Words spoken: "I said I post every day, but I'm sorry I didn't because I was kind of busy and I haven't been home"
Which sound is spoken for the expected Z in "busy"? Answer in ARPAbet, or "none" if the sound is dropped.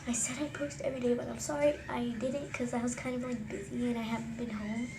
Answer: Z